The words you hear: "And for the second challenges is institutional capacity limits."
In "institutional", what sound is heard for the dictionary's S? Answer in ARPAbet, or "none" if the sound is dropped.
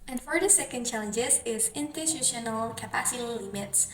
none